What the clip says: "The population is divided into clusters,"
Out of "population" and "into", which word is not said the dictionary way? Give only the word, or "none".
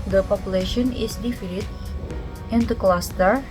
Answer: none